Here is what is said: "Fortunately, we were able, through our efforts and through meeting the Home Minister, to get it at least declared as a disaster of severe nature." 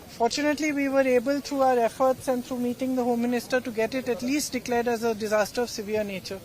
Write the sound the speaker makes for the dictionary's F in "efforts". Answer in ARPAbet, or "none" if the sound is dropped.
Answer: F